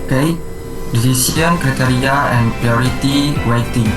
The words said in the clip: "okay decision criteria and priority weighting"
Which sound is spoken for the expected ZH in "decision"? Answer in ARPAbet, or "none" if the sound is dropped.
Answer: S